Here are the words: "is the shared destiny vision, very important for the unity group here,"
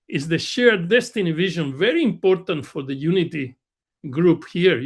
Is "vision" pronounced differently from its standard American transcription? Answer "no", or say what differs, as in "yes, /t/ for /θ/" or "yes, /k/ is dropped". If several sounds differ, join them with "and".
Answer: no